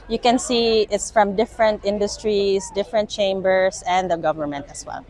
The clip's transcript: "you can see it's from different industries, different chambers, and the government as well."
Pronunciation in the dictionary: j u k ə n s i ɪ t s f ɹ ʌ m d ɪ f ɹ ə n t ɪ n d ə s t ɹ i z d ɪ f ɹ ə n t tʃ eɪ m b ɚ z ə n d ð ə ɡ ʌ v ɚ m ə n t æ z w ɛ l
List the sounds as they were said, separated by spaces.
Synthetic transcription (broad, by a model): j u k ə n s i ɪ t s f ɹ ʌ m d ɪ f ɹ ə n t ɪ n d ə s t ɹ i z d ɪ f ɹ ə n t tʃ eɪ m b ɚ s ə n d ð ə ɡ ʌ v ɚ m ə n t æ s w ɛ l